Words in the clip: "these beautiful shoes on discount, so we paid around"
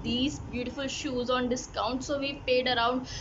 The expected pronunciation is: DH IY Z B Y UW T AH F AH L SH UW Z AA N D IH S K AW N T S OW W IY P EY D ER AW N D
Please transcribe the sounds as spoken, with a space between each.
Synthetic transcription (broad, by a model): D IY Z B Y UW T AH F AH L SH UW Z AA N D IH S K AW N T S OW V IY P EY D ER AW N D